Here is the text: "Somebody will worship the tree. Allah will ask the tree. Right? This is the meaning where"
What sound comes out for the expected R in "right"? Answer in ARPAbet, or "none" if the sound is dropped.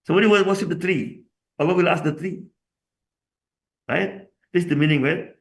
R